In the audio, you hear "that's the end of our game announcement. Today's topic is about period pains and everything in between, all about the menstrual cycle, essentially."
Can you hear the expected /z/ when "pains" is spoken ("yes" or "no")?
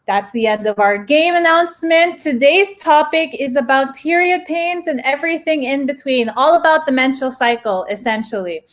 yes